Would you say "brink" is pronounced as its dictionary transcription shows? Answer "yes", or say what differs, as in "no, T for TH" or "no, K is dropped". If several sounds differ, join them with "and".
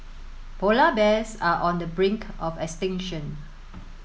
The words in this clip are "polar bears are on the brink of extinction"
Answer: yes